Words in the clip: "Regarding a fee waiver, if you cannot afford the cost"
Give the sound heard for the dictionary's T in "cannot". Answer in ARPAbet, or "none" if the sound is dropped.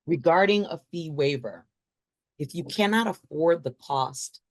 T